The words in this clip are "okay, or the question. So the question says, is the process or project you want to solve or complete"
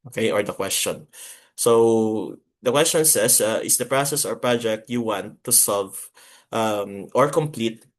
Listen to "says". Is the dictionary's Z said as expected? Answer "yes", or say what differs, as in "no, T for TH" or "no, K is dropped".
no, S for Z